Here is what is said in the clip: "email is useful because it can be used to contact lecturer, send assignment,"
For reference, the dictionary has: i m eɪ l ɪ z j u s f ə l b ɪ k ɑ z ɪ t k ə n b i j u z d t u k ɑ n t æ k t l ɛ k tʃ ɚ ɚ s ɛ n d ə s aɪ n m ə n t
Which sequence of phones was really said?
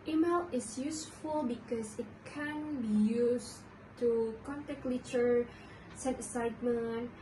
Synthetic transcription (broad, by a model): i m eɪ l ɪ s j u s f ə l b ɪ k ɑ s ɪ t k ə n b i j u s t u k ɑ n t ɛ k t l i tʃ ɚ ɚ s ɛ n ə s aɪ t m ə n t